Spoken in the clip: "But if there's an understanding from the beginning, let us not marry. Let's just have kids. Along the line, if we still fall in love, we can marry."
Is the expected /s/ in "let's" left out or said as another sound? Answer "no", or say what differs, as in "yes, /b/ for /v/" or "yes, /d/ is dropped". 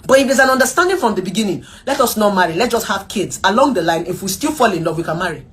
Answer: yes, /s/ is dropped